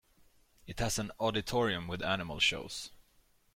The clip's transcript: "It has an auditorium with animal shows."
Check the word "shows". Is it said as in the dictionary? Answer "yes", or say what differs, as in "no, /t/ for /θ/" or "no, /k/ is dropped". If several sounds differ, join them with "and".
no, /s/ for /z/